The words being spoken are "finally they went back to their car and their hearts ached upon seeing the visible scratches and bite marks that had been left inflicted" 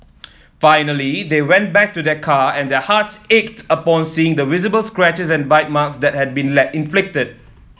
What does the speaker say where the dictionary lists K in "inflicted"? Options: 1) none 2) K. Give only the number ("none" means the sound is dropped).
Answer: 2